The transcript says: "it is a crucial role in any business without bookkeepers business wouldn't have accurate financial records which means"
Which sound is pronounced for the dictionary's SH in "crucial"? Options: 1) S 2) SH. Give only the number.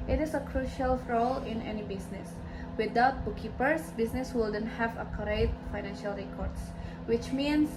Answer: 2